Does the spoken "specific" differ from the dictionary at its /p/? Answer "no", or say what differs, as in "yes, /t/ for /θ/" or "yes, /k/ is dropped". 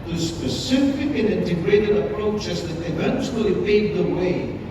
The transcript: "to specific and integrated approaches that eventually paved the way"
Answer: yes, /p/ is dropped